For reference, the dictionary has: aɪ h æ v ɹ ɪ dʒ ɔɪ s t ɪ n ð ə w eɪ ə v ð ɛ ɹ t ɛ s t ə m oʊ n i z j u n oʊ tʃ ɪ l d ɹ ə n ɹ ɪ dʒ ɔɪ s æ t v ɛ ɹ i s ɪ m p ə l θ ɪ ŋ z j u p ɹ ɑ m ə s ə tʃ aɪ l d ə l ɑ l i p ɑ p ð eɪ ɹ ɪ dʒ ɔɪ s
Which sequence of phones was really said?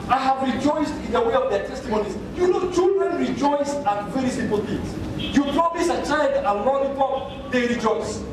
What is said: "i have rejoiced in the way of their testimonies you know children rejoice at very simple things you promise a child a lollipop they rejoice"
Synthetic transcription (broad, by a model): aɪ h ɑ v ɹ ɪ dʒ ɔɪ s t ɪ n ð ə w eɪ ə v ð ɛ t ɛ s t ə m oʊ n i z j u n oʊ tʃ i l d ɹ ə n ɹ ɪ dʒ ɔɪ s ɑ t v ɛ ɹ i s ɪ m p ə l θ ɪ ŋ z j u p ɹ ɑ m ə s ə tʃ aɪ n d ə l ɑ n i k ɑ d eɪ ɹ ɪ dʒ ɔɪ s